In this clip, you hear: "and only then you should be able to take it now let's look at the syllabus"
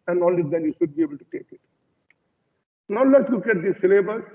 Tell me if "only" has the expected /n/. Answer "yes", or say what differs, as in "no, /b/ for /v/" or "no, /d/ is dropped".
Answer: no, /n/ is dropped